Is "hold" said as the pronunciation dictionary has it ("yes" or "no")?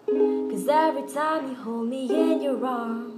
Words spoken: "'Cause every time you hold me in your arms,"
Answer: yes